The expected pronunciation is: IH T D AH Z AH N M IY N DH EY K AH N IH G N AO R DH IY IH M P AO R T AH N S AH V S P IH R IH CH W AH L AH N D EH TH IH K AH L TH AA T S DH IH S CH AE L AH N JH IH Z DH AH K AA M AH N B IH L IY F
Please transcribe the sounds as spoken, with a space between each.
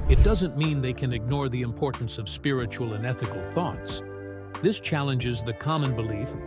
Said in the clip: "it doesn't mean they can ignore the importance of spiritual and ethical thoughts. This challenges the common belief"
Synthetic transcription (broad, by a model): IH T D AH Z AH N M IY N DH EY K AH N IH G N AO R DH IY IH M P AO R T N S AH V S P IH R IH CH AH L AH N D EH TH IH K L TH AA T S DH IH S CH AE L AH N JH IH Z DH AH K AA M AH N B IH L IY F